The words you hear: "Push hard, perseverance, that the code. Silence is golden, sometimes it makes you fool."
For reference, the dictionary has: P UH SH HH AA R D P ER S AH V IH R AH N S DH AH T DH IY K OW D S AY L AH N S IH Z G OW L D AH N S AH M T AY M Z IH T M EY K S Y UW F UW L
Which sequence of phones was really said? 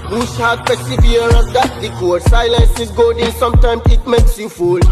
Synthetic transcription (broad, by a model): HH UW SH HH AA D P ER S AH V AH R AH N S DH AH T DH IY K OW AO S AY L AH N S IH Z G OW D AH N S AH M T AY M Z IH T M EY K S Y UW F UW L